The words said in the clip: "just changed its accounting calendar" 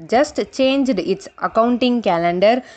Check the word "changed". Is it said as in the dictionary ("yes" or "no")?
yes